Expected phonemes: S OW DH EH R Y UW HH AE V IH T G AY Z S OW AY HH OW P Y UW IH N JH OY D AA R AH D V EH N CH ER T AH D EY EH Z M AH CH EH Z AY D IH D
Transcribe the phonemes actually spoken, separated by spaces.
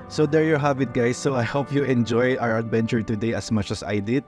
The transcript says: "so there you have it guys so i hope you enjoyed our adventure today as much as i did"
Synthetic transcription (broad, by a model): S OW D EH R Y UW HH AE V IH T G AY S OW AY HH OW P Y UW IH N JH OY AA R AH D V EH N CH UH T AH D EY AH S M AH CH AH S AY D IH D